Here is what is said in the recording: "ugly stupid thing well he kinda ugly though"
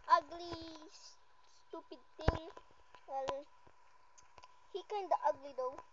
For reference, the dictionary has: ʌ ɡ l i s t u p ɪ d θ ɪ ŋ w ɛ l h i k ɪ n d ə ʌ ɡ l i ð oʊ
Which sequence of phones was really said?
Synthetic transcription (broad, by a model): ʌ ɡ l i s t u p ɪ d t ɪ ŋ w ɛ l h i k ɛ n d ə ʌ ɡ l i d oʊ